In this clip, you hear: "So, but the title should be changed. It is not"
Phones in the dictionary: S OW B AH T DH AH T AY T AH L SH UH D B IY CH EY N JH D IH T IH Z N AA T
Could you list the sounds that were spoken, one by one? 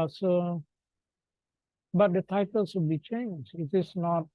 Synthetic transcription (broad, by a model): S OW B AH T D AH T AY T AH L S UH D B IY CH EY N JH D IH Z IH S N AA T